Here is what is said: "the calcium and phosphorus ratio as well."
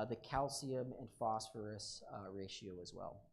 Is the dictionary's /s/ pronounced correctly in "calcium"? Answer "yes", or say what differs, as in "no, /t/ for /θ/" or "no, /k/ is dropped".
yes